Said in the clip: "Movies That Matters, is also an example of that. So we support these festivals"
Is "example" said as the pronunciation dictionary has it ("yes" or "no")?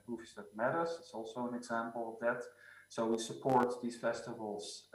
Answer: yes